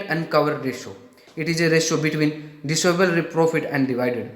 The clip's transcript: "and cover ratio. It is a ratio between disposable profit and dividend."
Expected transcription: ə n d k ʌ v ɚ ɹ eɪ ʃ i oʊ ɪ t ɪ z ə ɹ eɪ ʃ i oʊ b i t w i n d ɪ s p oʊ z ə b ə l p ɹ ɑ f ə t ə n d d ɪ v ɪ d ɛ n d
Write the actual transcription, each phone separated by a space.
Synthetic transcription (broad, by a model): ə n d k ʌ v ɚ ɹ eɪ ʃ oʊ ɪ t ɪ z ə ɹ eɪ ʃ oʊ b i t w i n d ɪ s oʊ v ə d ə p ɹ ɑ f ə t ə n d d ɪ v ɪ d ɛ d